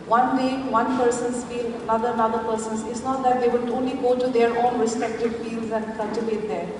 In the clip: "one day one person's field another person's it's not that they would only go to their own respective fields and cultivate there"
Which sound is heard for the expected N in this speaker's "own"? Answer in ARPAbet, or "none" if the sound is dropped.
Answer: N